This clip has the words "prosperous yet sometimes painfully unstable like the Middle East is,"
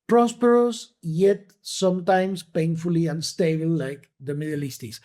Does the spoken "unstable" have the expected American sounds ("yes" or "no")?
no